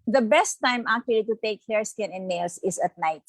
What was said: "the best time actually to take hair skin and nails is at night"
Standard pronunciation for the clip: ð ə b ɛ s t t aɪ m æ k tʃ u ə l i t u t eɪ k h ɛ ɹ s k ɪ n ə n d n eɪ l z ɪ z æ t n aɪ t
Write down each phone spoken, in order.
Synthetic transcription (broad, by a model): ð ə b ɛ s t t aɪ m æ k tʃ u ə l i t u t eɪ k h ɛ ɹ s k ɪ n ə n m eɪ l s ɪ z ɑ t n aɪ t